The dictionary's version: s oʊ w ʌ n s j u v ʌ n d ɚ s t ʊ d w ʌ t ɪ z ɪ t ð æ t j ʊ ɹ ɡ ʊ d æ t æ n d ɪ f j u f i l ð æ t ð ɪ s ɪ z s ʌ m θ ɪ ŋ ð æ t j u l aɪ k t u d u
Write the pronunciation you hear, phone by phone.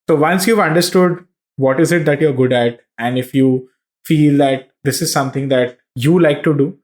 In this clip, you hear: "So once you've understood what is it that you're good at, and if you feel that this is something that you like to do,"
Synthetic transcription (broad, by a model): s oʊ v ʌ n s j u v ʌ n d ɚ s t ʊ d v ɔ t ɪ z ɪ t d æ t j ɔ ɹ ɡ ʊ d æ t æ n d ɪ f j u f i l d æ t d ɪ s ɪ z s ʌ m t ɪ ŋ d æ t j u l aɪ k t u d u